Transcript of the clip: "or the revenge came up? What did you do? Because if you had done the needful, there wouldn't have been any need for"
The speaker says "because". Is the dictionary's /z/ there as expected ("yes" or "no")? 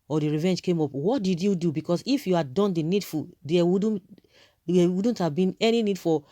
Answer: no